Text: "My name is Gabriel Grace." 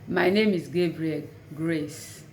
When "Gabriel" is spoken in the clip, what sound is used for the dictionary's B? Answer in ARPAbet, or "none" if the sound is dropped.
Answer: B